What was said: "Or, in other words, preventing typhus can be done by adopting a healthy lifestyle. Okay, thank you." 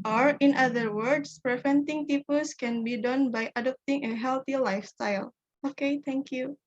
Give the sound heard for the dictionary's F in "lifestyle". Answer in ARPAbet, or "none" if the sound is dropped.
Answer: F